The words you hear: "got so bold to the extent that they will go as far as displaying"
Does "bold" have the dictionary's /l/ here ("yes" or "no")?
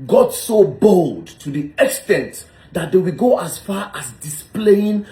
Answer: yes